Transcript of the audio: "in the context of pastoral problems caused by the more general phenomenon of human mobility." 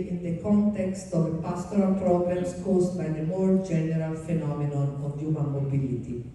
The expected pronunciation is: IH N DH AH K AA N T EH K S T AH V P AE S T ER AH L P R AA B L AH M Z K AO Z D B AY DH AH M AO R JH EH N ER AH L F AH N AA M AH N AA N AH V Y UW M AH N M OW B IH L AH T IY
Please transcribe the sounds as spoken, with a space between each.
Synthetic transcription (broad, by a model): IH N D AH K AA N T EH K S T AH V P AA S T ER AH L P R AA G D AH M S K AO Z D B AY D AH M AO R JH EH N ER AH L F AH N AA M AH N AA N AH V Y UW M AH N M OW B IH L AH T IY